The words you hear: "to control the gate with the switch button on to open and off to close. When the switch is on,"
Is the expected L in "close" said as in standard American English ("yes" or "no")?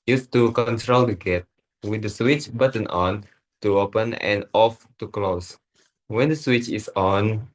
yes